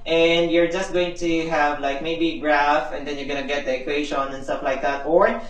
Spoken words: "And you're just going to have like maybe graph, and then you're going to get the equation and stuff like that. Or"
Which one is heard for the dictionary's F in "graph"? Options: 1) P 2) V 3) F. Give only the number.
3